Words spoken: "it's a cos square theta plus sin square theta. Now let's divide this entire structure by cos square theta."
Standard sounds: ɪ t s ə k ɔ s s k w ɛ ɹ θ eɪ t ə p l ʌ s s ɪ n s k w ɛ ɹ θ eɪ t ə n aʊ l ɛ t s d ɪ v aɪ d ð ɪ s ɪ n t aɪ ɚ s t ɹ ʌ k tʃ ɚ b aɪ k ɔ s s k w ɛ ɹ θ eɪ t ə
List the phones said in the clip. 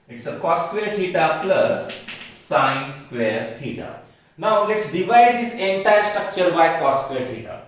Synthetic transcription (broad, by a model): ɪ t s ə k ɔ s s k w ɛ ɹ t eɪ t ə p l ʌ s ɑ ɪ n s k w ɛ ɹ t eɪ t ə n aʊ l ɛ t s d ɪ v aɪ d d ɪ s ɪ n t aɪ ɚ s t ɹ ʌ k tʃ ɚ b aɪ k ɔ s s k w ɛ ɹ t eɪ t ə